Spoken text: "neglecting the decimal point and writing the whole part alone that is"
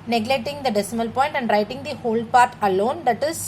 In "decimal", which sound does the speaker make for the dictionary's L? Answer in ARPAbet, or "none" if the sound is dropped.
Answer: L